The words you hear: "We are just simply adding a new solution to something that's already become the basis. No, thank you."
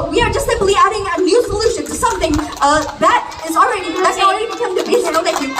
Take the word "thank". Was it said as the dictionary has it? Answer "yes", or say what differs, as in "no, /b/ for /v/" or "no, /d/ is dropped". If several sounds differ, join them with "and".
no, /ŋ/ is dropped